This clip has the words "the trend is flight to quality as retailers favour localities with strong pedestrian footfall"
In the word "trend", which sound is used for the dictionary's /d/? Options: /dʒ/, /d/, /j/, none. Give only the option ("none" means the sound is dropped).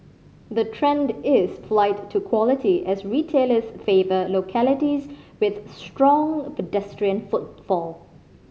/d/